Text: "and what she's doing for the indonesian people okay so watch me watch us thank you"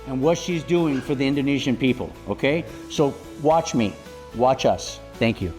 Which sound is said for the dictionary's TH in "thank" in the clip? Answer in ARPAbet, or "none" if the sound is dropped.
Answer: TH